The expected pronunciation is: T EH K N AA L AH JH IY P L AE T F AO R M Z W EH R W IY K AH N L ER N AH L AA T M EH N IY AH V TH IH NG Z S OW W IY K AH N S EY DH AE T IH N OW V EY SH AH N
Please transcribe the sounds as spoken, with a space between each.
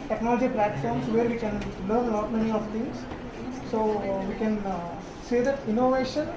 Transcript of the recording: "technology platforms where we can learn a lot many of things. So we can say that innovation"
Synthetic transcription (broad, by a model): T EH K N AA L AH JH IY P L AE T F AO R M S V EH R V IY K AH N L ER N L AA T M EH N IY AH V T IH NG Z S OW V IY K AH N S EY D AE T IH N OW V EY SH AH N